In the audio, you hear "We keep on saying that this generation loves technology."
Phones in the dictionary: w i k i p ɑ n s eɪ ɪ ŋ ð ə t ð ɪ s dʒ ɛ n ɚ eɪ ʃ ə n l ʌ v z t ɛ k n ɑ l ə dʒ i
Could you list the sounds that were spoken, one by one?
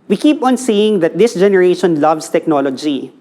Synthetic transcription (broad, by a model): w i k i p ɑ n s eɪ ɪ ŋ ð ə t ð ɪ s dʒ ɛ n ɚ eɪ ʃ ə n l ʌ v s t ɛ k n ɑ l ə dʒ i